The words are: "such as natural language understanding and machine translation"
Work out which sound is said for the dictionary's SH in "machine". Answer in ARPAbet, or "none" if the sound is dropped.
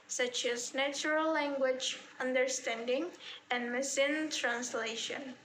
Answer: S